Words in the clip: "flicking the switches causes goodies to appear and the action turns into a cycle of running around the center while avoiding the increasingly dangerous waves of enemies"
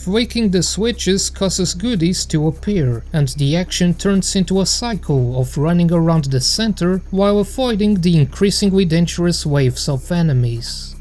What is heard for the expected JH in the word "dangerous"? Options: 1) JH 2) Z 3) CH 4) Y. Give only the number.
3